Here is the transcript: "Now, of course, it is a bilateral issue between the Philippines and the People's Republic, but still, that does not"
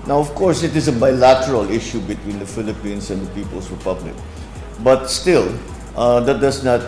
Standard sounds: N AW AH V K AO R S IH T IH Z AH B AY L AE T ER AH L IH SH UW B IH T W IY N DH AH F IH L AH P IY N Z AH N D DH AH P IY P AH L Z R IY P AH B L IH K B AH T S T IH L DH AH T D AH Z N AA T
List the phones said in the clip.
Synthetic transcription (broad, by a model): N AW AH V K AO R S IH T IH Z AH B AY L AE T ER AH L IH SH UW B IH T W IY N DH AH F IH L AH P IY N S AH N D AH P IY P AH L S R IY P AH B L IH K B AH T S T IH L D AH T D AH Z N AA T